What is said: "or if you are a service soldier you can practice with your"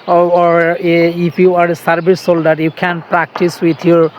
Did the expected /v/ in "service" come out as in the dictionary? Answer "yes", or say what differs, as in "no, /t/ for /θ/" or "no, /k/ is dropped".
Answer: no, /b/ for /v/